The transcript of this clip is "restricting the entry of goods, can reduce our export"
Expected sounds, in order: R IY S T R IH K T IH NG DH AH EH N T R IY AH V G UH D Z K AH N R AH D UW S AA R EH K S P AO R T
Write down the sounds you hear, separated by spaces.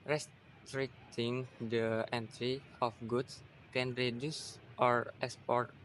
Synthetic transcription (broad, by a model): R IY S T R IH K T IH NG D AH EH N T R IY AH F G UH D S K AH N R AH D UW S AA R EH K S P AO R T